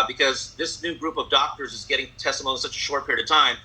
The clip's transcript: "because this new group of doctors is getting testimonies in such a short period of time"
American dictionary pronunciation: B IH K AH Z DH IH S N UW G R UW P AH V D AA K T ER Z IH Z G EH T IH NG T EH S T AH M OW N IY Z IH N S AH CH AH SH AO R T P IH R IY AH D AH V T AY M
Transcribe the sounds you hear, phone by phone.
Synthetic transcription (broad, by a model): B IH K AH Z DH IH S N UW G R UW P AH V D AA K T ER Z IH Z G EH T IH NG T EH S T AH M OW IY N S AH CH AH SH AO R T P IH R IY AH D AH V T AY M